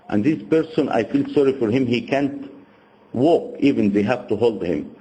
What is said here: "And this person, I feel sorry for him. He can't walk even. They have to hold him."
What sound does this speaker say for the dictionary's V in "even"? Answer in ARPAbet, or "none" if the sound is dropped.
V